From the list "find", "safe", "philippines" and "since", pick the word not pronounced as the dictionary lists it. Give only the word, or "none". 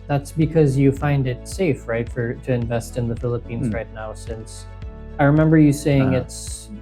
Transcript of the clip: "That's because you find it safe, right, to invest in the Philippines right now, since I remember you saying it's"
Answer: none